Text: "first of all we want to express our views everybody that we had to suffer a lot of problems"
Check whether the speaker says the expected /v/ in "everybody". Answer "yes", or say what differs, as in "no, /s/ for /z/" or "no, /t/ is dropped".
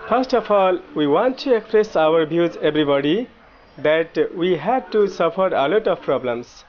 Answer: no, /b/ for /v/